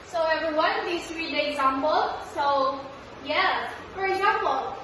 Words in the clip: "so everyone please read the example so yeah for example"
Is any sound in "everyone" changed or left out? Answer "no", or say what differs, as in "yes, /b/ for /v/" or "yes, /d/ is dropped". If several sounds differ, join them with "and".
yes, /ɹ/ is dropped